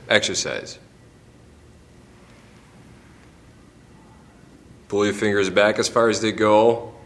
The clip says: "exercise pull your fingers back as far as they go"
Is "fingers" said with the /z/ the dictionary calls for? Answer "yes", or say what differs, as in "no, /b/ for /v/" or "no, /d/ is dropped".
yes